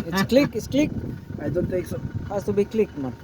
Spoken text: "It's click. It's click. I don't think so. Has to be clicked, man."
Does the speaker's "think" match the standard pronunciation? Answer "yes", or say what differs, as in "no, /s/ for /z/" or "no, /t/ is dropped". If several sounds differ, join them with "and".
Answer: no, /t/ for /θ/ and /ŋ/ is dropped